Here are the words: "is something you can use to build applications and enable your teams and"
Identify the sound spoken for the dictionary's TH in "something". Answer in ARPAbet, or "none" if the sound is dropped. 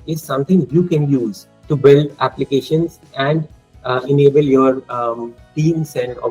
T